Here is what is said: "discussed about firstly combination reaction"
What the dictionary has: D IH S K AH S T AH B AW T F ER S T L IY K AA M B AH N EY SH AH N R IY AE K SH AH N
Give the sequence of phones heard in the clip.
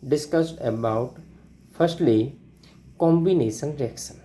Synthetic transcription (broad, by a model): D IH S K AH S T AH B AW T F ER S T L IY K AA M B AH N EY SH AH N R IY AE K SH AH N